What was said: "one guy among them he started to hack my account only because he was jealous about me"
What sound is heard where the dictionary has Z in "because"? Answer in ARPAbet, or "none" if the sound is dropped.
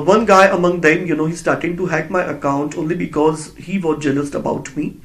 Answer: Z